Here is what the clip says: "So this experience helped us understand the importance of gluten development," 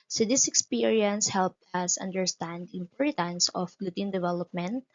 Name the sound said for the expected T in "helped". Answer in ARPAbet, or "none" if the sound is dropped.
T